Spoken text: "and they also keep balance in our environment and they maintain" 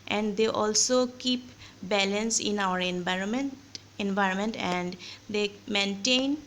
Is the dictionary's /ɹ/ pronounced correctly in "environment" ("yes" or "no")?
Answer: yes